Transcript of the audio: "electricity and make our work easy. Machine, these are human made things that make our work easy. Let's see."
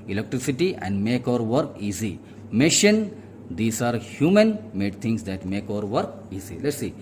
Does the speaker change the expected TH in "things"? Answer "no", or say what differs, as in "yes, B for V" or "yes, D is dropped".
yes, T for TH